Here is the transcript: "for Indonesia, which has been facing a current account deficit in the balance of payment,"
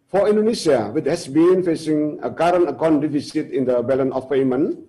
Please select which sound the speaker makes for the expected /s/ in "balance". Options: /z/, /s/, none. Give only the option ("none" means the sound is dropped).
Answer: none